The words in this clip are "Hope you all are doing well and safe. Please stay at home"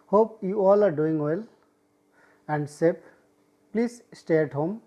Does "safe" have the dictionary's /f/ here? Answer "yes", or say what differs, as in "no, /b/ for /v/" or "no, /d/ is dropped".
no, /p/ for /f/